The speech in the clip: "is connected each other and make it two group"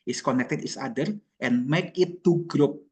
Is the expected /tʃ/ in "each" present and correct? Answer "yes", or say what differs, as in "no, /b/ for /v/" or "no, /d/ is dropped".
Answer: no, /s/ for /tʃ/